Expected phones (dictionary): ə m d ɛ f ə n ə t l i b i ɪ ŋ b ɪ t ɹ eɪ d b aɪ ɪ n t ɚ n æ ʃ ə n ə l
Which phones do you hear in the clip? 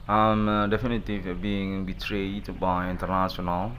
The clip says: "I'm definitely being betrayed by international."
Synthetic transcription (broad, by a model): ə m d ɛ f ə n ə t i b i ɪ ŋ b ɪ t ɹ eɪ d b aɪ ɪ n t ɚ n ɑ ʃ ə n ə l